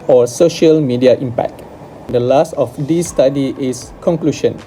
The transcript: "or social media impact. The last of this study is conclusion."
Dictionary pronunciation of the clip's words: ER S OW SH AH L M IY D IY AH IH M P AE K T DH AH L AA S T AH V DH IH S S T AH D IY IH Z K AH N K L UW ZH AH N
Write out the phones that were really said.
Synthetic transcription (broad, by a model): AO S OW SH AH L M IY D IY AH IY M P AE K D AH L AA S T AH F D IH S S T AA D IY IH S K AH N K L UW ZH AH N